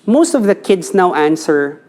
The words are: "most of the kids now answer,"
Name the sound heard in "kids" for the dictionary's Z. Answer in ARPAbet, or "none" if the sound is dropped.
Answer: S